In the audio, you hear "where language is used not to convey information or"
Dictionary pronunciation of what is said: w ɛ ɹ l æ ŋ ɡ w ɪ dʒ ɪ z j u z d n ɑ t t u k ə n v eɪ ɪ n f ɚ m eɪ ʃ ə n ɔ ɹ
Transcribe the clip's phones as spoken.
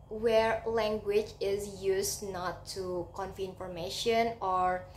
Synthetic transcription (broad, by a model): w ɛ ɹ l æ ŋ ɡ w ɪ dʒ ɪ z j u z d n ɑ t t u k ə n f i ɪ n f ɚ m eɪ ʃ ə n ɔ ɹ